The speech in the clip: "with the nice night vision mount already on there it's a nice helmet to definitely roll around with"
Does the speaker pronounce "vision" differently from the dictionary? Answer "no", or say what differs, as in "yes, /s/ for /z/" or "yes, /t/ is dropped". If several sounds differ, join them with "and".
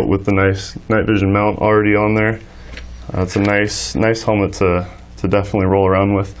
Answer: no